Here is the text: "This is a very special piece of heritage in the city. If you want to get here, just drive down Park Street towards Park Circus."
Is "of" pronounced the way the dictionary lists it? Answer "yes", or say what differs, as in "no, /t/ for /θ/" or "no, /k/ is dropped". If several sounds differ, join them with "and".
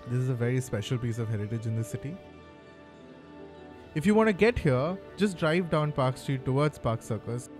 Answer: yes